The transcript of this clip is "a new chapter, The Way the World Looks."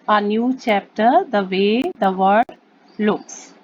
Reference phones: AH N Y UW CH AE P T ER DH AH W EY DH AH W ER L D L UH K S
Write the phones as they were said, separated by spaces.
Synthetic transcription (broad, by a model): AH N Y UW CH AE P T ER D AH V EY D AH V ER D L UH K S